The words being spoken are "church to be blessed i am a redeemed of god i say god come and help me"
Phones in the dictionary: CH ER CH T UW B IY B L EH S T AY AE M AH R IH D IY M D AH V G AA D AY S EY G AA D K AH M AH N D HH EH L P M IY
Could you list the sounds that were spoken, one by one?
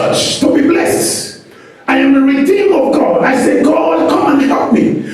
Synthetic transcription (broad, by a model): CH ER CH T UW B IY B L EH S T AY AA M AH R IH D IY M AH V G AA D AY S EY G AA D K AH M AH N HH EH L P M IY